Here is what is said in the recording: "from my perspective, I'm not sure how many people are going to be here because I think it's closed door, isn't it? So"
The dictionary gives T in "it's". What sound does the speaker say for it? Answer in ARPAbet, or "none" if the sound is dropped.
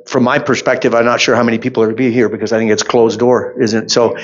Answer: T